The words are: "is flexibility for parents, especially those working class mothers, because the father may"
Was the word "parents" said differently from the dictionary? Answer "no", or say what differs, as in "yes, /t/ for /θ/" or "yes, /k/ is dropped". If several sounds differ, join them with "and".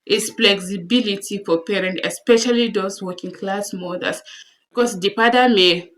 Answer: yes, /s/ is dropped